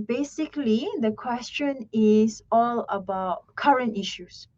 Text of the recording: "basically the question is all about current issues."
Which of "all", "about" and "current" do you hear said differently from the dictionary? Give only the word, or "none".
none